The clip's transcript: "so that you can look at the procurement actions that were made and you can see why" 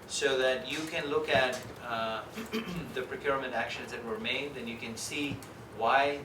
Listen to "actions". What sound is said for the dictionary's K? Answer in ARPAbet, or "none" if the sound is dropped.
K